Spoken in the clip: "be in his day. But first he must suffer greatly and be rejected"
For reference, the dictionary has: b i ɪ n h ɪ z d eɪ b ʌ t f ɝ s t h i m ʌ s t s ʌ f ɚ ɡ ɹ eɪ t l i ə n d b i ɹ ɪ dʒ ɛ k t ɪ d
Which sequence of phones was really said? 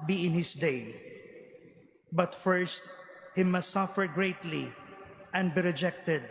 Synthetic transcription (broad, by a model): b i ɪ n h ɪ s d eɪ b ʌ t f ɝ s t h i m ʌ s t s ʌ f ɚ ɡ ɹ eɪ t l i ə n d b i ɹ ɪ dʒ ɛ k t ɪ d